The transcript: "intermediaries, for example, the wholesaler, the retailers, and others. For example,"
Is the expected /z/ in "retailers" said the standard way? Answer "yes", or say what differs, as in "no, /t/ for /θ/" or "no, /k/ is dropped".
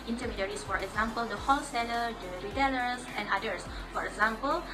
no, /s/ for /z/